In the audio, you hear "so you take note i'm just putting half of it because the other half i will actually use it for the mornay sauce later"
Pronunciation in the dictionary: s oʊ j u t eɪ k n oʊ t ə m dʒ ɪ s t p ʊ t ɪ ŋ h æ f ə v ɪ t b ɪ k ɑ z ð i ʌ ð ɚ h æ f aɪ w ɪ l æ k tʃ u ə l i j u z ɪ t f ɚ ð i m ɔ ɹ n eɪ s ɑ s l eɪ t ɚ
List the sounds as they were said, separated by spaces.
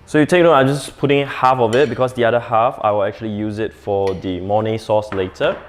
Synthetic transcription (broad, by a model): s oʊ j u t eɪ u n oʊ ə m dʒ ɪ s p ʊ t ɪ ŋ h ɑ f ə v ɪ t b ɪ k ɑ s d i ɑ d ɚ h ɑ f aɪ w ɪ l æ k tʃ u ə l i j u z ɪ t f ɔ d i m ɔ n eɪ s ɑ s l eɪ t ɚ